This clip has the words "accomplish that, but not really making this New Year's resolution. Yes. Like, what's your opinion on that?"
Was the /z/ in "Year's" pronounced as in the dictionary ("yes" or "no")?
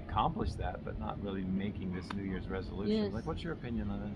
yes